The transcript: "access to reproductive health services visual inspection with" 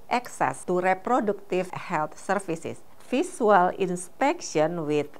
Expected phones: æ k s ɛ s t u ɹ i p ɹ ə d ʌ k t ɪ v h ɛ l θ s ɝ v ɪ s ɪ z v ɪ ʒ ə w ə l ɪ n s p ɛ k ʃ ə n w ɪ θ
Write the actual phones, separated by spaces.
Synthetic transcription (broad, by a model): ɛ k s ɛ s t u ɹ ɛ p ɹ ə d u k t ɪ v h ɛ l t s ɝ f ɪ s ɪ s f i s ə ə l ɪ n s p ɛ k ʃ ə n w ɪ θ